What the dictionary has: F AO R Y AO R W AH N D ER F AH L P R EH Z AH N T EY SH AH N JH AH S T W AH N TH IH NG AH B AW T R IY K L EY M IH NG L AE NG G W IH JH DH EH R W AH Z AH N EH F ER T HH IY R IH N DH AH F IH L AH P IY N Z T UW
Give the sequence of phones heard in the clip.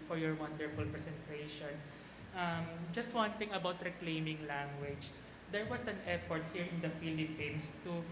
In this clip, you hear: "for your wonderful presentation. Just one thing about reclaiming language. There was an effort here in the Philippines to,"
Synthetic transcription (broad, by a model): F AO R Y AO R W AH N D ER F AH L P R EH S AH N T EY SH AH N JH AH S T W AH N T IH NG AH B AW T R IY K L EY M IH NG L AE NG G W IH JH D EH R W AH S AH N EH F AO T HH IY R IH N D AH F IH L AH P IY N S T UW